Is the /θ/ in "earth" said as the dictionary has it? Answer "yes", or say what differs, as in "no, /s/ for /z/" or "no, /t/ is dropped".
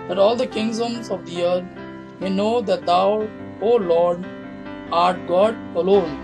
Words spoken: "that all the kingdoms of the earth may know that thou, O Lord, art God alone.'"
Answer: no, /t/ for /θ/